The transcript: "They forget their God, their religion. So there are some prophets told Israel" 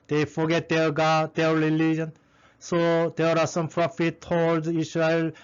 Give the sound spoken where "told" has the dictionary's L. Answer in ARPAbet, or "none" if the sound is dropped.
none